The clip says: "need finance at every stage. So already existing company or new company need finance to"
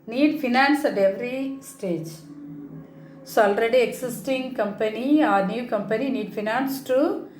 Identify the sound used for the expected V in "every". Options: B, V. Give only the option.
V